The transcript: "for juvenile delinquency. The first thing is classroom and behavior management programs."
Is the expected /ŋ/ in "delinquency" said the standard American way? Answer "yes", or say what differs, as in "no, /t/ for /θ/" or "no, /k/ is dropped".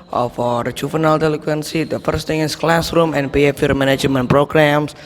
no, /ŋ/ is dropped